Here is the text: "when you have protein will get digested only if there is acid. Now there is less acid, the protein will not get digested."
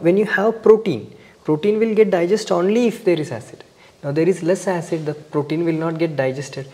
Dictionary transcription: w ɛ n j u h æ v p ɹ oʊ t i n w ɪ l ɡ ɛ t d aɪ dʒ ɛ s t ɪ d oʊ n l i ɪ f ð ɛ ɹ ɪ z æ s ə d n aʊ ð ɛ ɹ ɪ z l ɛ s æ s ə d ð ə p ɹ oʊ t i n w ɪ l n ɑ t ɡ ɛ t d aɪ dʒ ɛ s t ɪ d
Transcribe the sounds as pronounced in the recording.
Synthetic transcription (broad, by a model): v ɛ n j u h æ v p ɹ oʊ t i n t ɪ l ɡ ɛ t d aɪ dʒ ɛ s t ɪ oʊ n l i ɪ f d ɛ ɹ ɪ z æ s ə d n aʊ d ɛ ɹ ɪ z l ɛ s æ s ə d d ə p ɹ oʊ t i n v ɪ l n ɑ t ɡ ɛ t d aɪ dʒ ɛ s t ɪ d